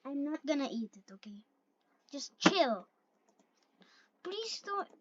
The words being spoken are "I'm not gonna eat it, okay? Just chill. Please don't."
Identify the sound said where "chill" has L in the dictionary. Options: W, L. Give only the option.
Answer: L